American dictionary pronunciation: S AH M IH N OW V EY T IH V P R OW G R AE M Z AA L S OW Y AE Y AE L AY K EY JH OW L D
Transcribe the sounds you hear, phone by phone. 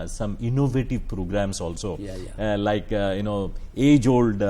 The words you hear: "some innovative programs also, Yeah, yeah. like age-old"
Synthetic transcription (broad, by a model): S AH M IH N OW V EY T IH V P R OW G R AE M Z AA L S OW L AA Y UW N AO EY JH OW L D